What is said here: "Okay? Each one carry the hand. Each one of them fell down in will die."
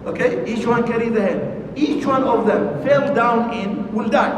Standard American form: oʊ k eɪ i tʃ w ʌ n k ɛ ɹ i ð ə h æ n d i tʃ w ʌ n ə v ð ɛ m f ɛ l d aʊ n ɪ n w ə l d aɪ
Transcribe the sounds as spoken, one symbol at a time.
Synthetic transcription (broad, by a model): oʊ k eɪ i tʃ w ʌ n k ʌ ɹ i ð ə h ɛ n i tʃ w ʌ n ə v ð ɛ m f ɛ l d aʊ n ɪ n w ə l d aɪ